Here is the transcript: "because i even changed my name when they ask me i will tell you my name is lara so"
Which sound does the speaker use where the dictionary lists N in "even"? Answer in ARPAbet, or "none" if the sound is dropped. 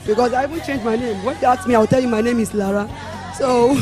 N